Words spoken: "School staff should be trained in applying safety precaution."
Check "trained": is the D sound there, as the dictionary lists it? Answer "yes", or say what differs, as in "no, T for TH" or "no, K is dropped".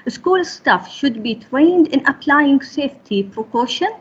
yes